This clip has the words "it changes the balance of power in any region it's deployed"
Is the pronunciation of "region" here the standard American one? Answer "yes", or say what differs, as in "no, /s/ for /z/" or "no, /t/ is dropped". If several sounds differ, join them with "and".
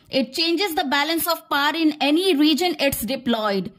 yes